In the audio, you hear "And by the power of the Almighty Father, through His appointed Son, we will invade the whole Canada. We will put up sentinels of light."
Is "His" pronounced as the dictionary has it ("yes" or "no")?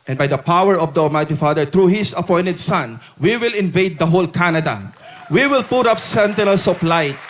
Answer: no